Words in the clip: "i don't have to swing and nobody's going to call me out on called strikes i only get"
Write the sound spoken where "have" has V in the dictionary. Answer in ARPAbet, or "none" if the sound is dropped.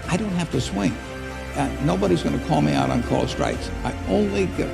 F